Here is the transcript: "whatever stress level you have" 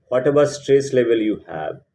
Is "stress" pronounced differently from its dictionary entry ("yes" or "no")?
no